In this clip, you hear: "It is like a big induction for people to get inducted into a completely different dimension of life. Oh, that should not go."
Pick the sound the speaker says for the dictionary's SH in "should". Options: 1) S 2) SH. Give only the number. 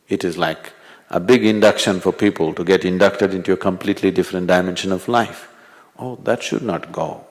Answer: 2